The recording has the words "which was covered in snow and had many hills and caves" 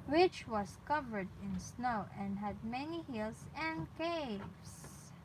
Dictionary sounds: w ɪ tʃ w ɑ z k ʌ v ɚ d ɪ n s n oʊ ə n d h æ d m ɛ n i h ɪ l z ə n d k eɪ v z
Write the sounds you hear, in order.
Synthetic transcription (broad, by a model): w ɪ tʃ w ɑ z k ʌ v ɚ d ɪ n s n oʊ ə n d h æ d m ɛ n i h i l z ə n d k eɪ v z